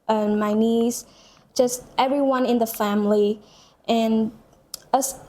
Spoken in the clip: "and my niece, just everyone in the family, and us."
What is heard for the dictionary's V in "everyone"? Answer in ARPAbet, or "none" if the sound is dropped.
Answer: V